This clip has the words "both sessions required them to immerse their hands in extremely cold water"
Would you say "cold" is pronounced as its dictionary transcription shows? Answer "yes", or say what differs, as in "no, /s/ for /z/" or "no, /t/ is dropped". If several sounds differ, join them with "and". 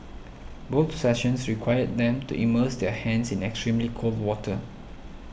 yes